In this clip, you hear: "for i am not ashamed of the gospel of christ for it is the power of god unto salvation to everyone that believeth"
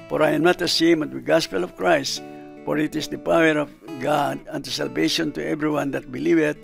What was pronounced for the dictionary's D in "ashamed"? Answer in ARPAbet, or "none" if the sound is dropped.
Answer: none